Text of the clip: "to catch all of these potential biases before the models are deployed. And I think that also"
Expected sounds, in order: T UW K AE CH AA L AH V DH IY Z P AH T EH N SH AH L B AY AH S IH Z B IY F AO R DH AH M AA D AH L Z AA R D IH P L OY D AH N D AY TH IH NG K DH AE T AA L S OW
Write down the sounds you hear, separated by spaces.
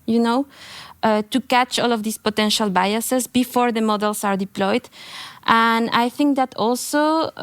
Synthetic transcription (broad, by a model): T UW K AE CH AA L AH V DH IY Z P AH T EH N SH AH L B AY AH S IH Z B IY F AO R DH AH M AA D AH L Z AA R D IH P L OY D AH N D AY TH IH NG K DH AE T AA L S OW